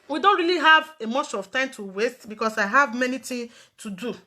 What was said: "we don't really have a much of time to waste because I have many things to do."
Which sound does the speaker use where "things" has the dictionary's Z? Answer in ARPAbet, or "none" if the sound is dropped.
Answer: none